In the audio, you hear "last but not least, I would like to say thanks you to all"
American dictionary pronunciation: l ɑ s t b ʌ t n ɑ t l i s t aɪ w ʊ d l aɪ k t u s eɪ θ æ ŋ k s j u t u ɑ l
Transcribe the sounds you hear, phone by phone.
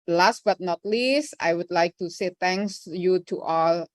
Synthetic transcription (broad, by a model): l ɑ s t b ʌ t n ɑ t l i s t aɪ w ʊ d l aɪ k t u s eɪ t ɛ ŋ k s j u t u ɑ l